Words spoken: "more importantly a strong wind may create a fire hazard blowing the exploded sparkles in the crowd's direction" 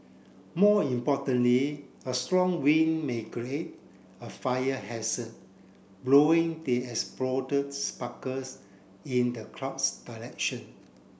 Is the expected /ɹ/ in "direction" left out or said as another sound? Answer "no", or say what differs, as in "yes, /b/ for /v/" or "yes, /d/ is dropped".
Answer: yes, /l/ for /ɹ/